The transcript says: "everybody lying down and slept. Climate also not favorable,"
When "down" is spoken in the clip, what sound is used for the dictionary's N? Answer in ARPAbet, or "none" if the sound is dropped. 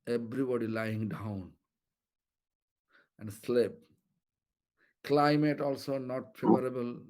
N